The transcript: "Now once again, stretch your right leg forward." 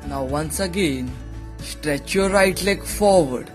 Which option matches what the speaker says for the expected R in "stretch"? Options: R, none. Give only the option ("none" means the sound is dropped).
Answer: R